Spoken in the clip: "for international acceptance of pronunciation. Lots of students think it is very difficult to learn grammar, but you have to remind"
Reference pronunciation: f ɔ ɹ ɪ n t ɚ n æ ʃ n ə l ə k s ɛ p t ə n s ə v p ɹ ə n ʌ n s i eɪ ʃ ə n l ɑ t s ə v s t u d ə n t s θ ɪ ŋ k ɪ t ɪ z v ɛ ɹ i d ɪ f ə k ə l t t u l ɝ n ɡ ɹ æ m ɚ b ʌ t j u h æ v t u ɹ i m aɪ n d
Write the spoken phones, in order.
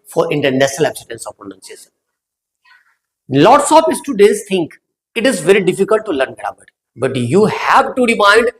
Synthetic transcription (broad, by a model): f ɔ ɹ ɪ n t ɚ n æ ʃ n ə l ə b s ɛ t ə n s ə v p ɹ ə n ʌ n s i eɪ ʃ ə n l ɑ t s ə p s t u d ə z t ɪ ŋ k ɪ t ɪ z v ɛ ɹ i d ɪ f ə k ə l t t u l ɝ n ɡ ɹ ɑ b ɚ b ʌ t j u h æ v t u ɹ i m aɪ n d